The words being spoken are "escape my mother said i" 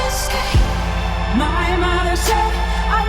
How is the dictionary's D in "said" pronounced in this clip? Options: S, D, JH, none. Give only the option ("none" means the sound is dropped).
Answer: none